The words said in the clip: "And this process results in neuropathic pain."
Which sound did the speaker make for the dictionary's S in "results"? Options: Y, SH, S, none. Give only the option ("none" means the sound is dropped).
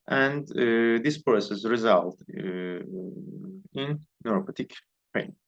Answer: none